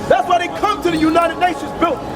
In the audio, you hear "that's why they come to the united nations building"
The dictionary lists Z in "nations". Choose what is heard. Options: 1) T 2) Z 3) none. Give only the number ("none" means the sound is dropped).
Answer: 2